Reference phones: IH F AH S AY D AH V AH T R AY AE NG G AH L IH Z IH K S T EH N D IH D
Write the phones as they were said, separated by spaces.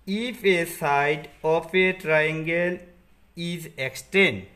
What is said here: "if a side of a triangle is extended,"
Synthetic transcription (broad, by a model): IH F AH S AY D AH P AH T R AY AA NG G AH L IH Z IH K S T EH N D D